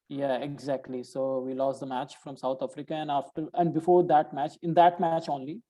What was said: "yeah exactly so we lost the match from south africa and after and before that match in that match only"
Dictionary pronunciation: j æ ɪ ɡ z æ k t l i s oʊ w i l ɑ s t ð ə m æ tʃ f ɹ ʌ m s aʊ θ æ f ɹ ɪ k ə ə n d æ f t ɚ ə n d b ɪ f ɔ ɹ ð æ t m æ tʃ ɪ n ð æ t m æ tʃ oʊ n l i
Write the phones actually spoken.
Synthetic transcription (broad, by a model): j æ ɪ ɡ z æ k t l i s oʊ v i l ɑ s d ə m æ tʃ f ɹ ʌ m s aʊ t æ f ɹ ɪ k ə ə n d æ f t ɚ ə n d b ɪ f ɔ ɹ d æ t m æ tʃ ɪ n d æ t m æ tʃ oʊ n l i